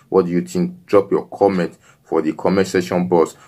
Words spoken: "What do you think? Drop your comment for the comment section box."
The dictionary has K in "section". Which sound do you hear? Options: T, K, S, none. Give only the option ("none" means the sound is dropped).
none